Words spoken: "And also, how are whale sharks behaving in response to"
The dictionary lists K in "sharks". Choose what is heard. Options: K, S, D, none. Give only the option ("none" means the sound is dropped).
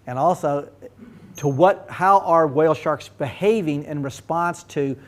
K